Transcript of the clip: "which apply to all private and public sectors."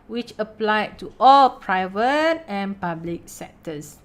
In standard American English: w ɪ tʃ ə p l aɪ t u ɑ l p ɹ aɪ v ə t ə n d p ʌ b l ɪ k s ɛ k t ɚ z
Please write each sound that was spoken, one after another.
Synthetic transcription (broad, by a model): w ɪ tʃ ə p l aɪ t u ɑ l p ɹ aɪ v ə t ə n p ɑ b l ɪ k s ɛ k t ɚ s